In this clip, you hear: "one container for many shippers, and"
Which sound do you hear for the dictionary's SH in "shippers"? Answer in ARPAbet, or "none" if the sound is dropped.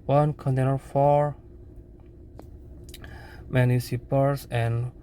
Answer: S